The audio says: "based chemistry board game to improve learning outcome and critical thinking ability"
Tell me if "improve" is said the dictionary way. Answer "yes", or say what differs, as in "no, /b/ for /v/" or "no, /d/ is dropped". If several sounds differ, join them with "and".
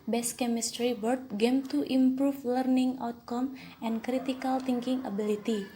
no, /f/ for /v/